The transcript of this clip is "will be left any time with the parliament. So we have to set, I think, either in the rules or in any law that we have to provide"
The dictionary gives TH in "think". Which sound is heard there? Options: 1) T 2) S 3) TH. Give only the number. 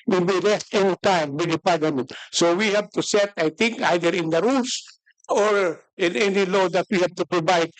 1